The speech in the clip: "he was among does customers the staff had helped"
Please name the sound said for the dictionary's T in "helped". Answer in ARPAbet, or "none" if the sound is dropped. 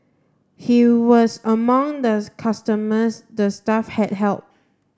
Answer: none